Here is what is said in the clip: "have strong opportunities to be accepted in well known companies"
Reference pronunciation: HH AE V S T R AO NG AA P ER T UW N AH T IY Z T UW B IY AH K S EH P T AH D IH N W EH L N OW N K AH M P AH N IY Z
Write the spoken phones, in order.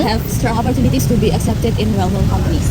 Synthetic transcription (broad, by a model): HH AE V S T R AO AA P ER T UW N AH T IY S T UW B IY AH K S EH P T AH D IH N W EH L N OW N K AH M P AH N IY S